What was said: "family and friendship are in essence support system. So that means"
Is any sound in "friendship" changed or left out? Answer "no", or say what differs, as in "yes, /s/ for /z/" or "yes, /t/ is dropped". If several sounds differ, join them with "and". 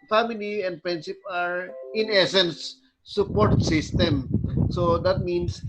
yes, /p/ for /f/ and /s/ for /ʃ/